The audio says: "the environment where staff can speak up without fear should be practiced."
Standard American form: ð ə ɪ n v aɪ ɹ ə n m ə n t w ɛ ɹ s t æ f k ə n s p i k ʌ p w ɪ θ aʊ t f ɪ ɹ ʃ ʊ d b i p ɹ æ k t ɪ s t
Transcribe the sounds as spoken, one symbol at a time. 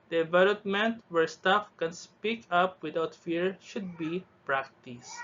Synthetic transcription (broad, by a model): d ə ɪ v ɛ l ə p m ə n t w ɛ ɹ s t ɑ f k ə n s p i k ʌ p w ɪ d aʊ t f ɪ ɹ ʃ ʊ d b i p ɹ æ k t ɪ s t